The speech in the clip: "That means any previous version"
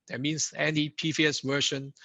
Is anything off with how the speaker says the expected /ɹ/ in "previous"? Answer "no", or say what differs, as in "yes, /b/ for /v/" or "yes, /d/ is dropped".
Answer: yes, /ɹ/ is dropped